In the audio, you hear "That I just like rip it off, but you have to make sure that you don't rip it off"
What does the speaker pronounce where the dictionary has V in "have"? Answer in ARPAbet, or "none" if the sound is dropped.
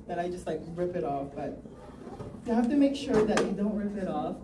F